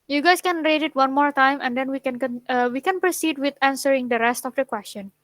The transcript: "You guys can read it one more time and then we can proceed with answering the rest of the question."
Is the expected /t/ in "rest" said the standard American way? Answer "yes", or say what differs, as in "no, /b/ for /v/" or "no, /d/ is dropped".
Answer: yes